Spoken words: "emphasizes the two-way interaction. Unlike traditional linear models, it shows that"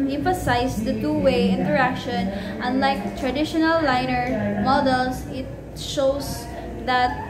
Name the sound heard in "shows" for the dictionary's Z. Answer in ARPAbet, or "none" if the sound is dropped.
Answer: S